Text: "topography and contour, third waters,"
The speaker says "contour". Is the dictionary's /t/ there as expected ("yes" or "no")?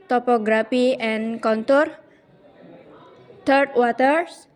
yes